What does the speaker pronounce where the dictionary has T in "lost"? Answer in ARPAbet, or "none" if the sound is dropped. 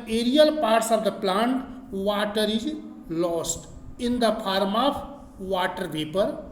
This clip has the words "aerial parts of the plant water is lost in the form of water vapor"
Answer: T